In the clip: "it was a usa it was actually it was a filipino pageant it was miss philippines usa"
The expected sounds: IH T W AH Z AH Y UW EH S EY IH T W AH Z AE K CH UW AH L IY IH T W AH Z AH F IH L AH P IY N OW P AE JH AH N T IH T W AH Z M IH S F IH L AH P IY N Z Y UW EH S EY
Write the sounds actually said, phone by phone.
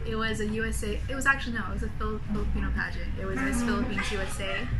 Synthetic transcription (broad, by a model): IH T W AH Z AH Y UW EH S EY IH T W AH Z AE K CH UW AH N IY IH T W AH Z AH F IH L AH P IY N OW P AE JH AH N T IH T W AH Z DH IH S F IH L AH P IY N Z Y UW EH S EY